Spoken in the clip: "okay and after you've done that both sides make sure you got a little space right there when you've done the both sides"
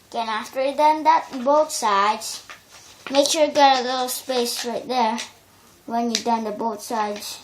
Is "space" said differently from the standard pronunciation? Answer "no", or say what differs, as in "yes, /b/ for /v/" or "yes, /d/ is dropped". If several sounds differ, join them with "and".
no